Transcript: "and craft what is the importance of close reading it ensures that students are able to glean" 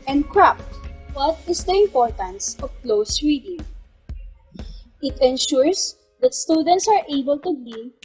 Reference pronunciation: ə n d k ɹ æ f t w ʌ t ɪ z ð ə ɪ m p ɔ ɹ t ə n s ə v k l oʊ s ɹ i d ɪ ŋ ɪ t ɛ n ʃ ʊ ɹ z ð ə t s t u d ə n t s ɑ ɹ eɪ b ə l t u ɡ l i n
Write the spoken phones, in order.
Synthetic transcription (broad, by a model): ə n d k ɹ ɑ p t w ʌ t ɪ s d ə ɪ m p ɔ ɹ t ə n s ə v k l oʊ s ɹ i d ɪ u ɪ t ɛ n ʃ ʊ ɹ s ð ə t s t u d ə n t s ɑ ɹ eɪ b ə l t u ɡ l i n